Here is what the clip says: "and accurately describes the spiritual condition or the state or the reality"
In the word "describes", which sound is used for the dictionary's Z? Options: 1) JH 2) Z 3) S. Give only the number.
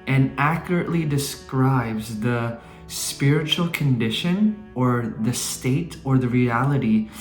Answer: 2